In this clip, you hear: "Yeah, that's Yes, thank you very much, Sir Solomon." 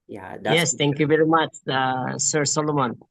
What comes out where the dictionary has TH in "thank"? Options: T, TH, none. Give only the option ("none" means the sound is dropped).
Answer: T